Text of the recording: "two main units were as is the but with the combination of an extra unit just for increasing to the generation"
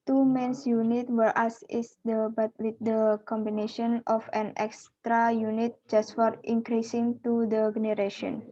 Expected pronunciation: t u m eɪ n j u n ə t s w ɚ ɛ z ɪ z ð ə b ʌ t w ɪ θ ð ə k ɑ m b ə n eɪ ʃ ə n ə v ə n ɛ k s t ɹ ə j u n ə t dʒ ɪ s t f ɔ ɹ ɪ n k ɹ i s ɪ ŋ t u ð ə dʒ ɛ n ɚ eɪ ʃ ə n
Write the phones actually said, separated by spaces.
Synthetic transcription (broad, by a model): t u m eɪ n j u n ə t w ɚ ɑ s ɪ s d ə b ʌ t w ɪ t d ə k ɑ m b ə n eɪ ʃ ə n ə f ə n ɛ k s t ɹ ə j u n ə t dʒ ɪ s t f ɔ ɹ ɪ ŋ k ɹ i s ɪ ŋ t u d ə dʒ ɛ n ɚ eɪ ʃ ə n